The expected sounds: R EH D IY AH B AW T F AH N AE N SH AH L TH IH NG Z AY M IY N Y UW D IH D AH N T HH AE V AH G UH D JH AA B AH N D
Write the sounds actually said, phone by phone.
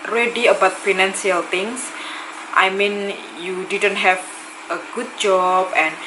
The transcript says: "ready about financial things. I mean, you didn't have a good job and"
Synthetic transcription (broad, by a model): R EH D IY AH B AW T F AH N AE N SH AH L T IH NG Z AY M IY N Y UW D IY D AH N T HH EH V AH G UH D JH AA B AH N